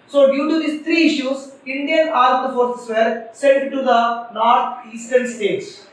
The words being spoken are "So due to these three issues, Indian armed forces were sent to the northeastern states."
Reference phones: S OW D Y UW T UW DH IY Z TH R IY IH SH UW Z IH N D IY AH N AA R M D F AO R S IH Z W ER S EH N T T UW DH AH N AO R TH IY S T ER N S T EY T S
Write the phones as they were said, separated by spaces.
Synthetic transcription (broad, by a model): S OW D Y UW T UW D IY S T R IY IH SH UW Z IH N D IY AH N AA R D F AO R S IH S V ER S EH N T T UW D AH N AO R T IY S T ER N S T EY T S